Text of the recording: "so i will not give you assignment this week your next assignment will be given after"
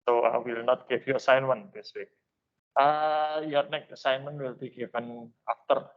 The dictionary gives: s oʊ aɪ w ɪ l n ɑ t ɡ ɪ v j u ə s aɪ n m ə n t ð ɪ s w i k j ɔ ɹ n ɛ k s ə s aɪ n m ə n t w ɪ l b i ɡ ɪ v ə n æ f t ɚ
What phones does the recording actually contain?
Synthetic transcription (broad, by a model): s oʊ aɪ w ɪ l n ɑ t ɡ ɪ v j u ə s aɪ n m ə n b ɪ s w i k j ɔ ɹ n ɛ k ə s aɪ n m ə n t w ɪ l b i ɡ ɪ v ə n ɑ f t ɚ